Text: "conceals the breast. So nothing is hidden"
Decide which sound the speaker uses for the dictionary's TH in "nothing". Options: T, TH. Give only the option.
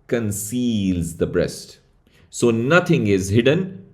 T